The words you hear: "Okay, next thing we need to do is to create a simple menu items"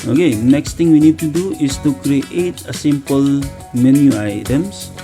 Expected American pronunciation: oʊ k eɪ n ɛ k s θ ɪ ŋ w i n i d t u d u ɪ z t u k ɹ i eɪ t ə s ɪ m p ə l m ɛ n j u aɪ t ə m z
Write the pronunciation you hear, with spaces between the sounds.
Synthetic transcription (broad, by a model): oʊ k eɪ n ɛ k s t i ŋ w i n i d t u d u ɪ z t u k ɹ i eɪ t ə s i m p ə l m ɛ n j u aɪ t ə m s